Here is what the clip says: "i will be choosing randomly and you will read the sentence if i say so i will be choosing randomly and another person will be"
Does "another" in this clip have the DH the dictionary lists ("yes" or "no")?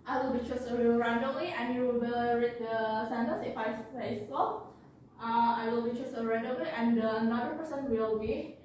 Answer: no